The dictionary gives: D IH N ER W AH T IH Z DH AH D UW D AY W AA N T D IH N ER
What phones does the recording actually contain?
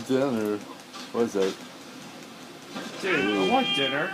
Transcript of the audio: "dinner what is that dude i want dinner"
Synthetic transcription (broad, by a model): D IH N ER W AH T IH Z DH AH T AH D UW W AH T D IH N ER